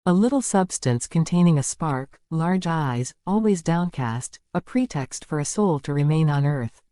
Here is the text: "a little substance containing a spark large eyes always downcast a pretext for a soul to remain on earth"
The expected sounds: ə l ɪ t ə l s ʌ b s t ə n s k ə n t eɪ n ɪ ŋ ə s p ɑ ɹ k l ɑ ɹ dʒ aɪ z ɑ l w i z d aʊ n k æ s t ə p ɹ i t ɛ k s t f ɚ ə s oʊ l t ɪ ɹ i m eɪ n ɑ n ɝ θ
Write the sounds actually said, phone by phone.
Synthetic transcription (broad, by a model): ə l ɪ t l s ʌ b s t ə n s k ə n t eɪ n ɪ ŋ ə s p ɑ ɹ k l ɑ ɹ dʒ aɪ z ɑ l w i z d aʊ n k æ s t ə p ɹ i t ɛ k s t f ɚ ə s oʊ l t ɪ ɹ i m eɪ n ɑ n ɝ θ